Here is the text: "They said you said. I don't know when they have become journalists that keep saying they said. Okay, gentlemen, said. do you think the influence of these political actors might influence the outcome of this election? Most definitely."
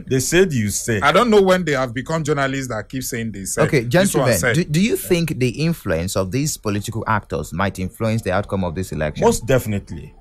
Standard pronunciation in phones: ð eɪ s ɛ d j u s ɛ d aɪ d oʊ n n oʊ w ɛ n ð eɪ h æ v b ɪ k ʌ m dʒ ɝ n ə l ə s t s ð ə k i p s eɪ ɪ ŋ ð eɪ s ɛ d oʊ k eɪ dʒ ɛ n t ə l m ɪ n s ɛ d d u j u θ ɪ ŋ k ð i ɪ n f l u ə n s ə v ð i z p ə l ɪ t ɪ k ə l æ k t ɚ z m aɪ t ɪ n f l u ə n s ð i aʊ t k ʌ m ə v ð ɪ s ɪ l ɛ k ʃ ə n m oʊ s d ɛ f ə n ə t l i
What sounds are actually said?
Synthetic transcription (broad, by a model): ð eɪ s ɛ d j u s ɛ aɪ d oʊ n n oʊ w ɛ n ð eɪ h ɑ v b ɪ k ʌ m dʒ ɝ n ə l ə s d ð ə k i p s eɪ ɪ ŋ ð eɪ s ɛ oʊ k eɪ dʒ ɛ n s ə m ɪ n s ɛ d d u j u θ ɪ ŋ k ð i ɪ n f l u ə n s ə v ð i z p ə l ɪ t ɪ k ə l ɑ k t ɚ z m aɪ t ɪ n f l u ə n s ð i aʊ t k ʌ m ə v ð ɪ s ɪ l ɛ k ʃ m m oʊ s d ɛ f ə n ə t l i